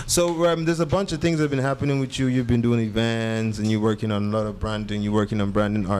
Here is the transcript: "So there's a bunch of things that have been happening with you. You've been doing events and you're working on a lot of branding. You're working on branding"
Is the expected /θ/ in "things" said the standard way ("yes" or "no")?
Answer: yes